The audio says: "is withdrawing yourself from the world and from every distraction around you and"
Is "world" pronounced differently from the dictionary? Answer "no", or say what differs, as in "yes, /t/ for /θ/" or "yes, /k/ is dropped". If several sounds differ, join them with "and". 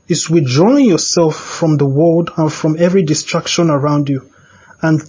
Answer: no